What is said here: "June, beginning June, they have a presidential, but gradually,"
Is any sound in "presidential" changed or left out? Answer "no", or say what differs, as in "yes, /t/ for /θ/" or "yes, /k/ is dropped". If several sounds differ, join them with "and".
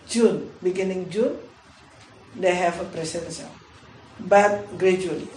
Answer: yes, /s/ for /ʃ/